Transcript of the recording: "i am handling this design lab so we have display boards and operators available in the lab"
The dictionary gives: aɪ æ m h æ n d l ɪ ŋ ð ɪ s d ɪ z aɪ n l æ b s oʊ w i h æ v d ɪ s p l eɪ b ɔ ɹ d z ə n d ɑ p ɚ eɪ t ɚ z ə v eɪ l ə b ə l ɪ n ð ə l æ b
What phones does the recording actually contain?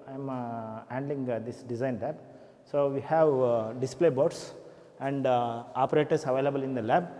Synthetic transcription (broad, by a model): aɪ m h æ n d l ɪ ŋ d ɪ s d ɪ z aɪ n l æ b s oʊ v i h æ v d ɪ s p l eɪ b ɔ ɹ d s ə n d ɑ p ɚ eɪ t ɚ s ə v eɪ l ə b ə l ɪ n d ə l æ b